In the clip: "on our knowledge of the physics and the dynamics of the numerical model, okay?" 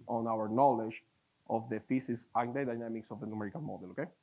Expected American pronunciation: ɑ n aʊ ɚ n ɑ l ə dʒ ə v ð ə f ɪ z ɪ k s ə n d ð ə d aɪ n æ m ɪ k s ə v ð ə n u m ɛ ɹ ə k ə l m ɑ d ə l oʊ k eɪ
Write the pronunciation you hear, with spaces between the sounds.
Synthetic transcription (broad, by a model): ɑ n aʊ ɚ n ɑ l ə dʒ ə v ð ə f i s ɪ s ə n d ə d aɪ n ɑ m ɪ k s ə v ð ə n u m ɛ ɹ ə k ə n m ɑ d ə l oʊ k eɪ